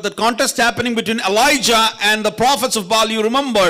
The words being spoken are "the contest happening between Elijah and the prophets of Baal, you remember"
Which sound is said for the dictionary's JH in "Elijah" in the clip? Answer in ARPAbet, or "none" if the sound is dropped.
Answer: JH